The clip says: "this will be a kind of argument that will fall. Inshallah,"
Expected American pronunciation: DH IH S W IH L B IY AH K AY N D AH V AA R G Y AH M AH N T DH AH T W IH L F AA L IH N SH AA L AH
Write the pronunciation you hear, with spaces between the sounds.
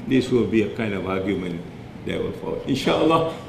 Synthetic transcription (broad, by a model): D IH S W IH L B IY AH K AY N D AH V AA G Y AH M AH N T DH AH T W IH L F AA L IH N SH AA L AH